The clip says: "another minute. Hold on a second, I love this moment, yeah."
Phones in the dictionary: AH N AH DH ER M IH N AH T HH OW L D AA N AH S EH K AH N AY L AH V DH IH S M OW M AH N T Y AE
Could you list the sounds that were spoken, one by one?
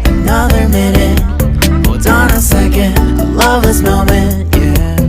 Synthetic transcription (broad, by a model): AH N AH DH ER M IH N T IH D AA N AH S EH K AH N L AH V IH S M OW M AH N